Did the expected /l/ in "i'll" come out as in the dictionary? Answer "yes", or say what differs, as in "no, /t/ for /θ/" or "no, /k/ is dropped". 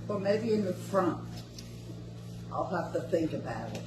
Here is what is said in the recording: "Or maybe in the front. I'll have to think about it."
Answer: yes